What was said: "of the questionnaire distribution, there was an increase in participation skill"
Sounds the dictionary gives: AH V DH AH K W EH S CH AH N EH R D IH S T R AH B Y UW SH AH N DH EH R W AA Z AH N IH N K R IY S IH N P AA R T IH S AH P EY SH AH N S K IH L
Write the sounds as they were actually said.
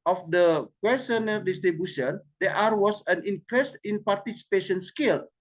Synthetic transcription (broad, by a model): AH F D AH K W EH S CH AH N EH L D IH S T R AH B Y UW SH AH N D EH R W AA S AH N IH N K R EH S IH N P AA R T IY S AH P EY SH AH N S K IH L